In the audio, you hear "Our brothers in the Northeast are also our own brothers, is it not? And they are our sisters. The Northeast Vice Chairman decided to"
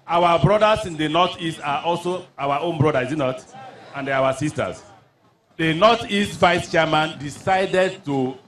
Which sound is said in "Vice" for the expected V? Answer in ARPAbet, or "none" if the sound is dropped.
V